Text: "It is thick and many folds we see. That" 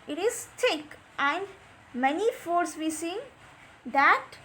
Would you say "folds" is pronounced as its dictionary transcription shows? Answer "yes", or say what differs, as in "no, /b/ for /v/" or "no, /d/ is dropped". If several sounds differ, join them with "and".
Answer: no, /l/ is dropped